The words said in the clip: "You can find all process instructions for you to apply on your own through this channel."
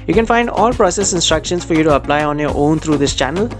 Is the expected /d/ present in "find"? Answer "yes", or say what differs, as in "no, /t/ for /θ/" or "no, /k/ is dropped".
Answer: yes